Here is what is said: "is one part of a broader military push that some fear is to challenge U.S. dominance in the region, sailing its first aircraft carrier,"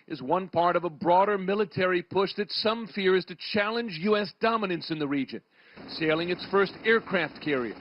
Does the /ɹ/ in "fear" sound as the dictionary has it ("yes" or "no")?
yes